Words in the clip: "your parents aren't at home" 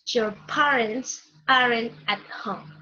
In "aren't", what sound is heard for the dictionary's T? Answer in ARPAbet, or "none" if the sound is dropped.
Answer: none